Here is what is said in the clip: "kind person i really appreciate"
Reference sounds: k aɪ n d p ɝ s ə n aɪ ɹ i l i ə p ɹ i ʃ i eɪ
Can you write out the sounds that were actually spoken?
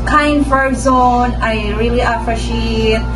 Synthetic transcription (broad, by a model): k aɪ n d f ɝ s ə n aɪ ɹ i l i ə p ɹ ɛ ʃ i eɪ